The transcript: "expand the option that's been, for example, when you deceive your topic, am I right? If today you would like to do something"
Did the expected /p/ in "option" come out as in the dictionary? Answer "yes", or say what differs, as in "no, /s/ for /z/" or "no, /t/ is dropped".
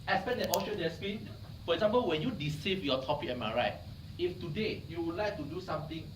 no, /p/ is dropped